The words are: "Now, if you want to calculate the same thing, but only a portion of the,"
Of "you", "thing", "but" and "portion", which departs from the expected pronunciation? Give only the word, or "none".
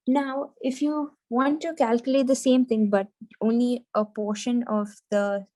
thing